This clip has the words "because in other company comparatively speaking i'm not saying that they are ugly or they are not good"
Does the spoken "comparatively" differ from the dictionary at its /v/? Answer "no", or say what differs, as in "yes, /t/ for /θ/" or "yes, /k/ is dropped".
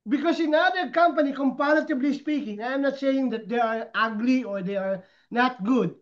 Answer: yes, /b/ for /v/